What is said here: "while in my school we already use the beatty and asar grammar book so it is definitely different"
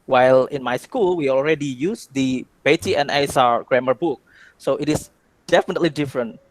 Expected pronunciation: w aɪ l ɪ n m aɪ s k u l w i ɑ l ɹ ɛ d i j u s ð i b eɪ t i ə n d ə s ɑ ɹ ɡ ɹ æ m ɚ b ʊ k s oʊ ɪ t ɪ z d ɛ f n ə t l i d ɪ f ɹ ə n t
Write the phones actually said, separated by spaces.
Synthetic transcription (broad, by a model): w aɪ l ɪ n m aɪ s k u l w i ɑ l ɹ ɛ d i j u s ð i b eɪ t i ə n ə s ɑ ɹ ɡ ɹ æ m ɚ b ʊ k s oʊ ɪ t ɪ s d ɛ f n ə t l i d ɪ f ɹ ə n t